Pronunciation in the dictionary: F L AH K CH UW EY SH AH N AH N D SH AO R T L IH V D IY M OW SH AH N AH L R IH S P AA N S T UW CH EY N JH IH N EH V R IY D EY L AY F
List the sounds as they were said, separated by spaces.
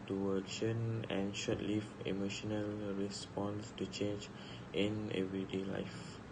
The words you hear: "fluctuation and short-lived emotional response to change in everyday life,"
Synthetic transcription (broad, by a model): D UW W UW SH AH N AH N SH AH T L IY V IY M OW SH AH N AH L R IH S P AA N S T UW CH EY N JH IH N EH V R IY D EY L AY F